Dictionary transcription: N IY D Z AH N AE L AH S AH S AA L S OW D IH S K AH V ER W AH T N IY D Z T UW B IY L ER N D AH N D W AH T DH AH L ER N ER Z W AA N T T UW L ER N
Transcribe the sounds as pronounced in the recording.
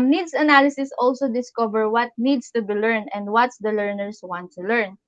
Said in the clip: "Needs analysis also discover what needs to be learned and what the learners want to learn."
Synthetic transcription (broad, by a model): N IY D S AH N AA L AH S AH S AA L S OW D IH S K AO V ER W AH T N IY D S T UW B IY L ER N AH N D W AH T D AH L ER N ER S W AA N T T UW L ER N